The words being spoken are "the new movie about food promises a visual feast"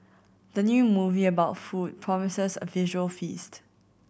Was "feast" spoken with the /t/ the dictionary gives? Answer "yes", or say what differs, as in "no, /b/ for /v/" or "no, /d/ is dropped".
yes